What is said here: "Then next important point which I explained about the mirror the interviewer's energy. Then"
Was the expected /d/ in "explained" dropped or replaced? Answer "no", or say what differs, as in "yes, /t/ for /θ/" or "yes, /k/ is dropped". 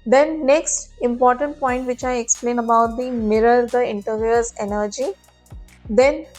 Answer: yes, /d/ is dropped